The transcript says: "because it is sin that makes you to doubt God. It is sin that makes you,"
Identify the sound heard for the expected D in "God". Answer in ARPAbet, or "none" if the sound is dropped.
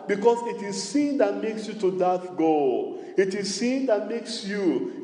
none